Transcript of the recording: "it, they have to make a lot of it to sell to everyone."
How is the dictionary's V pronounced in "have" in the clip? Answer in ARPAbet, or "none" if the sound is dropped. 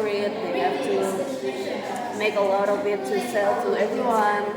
F